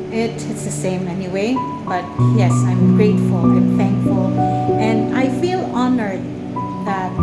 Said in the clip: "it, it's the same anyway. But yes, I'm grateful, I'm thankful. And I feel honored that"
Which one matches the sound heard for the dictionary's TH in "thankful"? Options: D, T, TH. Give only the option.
TH